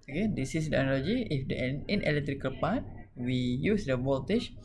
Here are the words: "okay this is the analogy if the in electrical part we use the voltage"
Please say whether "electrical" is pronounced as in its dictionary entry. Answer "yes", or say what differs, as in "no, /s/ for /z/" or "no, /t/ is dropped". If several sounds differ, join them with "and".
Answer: yes